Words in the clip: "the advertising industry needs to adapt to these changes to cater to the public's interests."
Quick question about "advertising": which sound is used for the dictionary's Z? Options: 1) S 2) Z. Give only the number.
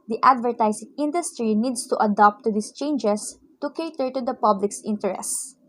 1